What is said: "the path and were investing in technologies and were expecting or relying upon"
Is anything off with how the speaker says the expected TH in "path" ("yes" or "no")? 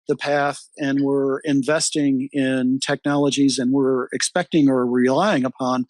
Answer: no